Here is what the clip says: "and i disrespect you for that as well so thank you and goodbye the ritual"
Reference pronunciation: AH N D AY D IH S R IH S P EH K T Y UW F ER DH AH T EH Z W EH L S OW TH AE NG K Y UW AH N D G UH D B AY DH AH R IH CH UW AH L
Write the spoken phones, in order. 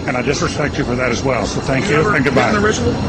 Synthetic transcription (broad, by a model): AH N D AY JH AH S R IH S P EH K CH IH F ER DH AH T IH Z W EH L S OW TH AE NG K Y UW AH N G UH D B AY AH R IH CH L